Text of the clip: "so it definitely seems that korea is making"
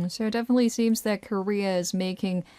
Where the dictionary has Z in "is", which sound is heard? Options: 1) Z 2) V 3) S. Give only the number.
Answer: 1